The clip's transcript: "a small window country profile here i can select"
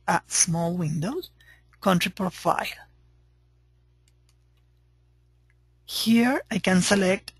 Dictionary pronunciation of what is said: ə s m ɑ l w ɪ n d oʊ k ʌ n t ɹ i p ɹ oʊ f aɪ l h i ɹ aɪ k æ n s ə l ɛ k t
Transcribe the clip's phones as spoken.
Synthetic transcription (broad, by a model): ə s m ɑ l w ɪ n d oʊ k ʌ n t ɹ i p ɹ oʊ f aɪ l h i ɹ aɪ k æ n s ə l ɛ k t